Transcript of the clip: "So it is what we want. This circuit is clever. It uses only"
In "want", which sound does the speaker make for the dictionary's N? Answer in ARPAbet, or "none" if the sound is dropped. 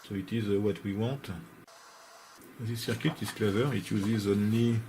none